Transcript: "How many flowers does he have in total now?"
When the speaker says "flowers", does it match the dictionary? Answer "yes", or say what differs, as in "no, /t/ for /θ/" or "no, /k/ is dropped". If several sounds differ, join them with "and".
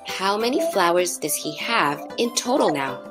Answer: yes